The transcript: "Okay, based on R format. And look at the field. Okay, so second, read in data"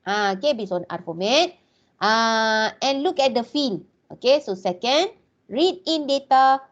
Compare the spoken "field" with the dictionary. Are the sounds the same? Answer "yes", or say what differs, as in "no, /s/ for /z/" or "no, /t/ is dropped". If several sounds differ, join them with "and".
no, /d/ is dropped